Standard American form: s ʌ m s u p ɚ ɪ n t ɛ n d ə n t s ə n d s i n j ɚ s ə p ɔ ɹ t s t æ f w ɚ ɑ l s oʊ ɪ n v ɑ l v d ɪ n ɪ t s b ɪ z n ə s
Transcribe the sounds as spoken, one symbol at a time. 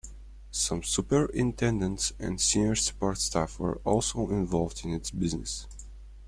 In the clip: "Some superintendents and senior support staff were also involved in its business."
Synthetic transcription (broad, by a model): s ʌ m s u p ɚ ɪ n t ɛ n d ə n t s ə n d s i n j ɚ s ə p ɔ ɹ t s t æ f w ɚ ɑ l s oʊ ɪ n v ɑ l v d ɪ n ɪ t s b ɪ z n ə s